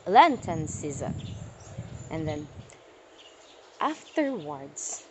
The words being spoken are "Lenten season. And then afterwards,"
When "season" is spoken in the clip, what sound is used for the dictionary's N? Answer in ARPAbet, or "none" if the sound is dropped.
none